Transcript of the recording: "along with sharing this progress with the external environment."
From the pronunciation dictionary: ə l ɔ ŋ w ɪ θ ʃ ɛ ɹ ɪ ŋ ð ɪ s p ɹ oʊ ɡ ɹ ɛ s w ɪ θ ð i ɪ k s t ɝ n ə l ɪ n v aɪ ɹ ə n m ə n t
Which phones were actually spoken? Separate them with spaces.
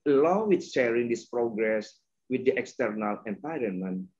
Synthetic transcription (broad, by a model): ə l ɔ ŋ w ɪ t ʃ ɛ ɹ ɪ ŋ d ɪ s p ɹ oʊ ɡ ɹ ɛ s w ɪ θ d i ɪ k s t ɝ n ə l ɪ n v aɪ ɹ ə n m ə n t